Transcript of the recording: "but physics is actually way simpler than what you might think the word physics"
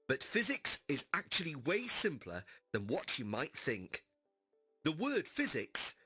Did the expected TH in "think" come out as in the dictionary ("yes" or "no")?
yes